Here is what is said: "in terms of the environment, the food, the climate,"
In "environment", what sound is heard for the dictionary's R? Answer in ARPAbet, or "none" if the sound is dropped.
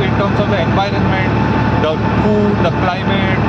R